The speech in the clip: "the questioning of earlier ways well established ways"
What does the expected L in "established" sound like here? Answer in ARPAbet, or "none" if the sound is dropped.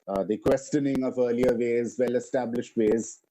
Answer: L